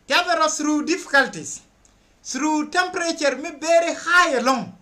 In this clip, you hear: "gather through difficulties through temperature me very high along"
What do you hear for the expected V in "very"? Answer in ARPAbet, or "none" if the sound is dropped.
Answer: B